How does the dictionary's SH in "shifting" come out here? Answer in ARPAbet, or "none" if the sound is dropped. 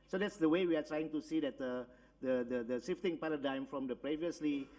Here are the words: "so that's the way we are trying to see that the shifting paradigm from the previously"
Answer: S